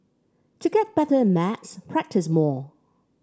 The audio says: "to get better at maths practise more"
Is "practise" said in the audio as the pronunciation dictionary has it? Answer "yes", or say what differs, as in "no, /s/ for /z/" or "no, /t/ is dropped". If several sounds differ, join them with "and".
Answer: yes